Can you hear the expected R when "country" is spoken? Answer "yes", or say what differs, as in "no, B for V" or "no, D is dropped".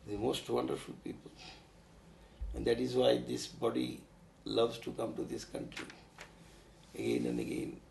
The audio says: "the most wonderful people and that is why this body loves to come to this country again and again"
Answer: yes